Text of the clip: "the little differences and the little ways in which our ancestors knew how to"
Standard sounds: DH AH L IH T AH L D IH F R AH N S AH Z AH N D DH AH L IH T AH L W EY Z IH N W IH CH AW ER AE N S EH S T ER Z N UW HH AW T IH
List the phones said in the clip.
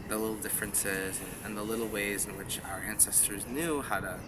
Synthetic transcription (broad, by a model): DH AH L IH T L D IH F R AH N S AH Z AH N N DH AH L IH T L W EY Z IH N W IH CH AW ER AE N S EH S T ER Z N UW HH AW T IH